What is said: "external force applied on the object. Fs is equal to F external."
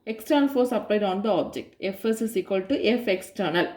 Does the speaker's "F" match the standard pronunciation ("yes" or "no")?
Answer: yes